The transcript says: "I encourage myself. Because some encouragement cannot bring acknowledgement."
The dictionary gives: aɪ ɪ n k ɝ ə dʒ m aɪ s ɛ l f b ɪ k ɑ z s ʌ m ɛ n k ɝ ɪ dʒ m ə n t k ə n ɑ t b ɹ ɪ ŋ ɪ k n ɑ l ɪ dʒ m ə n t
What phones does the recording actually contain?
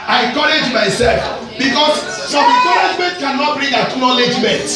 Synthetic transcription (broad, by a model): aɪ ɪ k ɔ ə dʒ m aɪ s ɛ l f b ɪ k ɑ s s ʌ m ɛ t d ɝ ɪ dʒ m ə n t k ə n ɑ t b ɹ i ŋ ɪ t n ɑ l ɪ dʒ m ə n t